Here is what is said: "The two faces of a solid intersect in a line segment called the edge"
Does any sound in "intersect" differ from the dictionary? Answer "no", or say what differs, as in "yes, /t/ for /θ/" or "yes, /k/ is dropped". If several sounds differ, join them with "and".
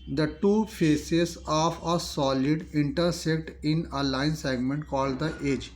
no